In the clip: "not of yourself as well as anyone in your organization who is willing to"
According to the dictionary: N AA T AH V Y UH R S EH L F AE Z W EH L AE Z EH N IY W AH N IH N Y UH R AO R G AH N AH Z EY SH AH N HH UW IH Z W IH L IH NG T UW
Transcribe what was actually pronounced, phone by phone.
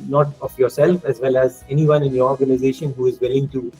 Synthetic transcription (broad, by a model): N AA T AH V Y UH R S EH L F AE Z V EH L AE Z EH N IY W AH N IH N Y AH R AO R G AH N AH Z EY SH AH N HH UW IH Z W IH L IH NG T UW